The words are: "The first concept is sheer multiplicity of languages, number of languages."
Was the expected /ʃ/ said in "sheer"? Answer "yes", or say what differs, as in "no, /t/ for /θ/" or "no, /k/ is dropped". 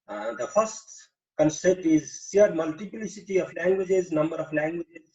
no, /s/ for /ʃ/